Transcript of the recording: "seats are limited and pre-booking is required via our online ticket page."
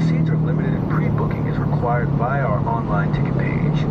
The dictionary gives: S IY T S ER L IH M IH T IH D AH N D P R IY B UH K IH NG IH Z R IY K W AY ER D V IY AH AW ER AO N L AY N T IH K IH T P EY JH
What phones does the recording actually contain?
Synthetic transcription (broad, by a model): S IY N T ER L IH M IH T IH D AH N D P R IY B UH K IH NG IH Z R IY K W AY ER D B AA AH AW ER AO N L AY N T IH K IH T P EY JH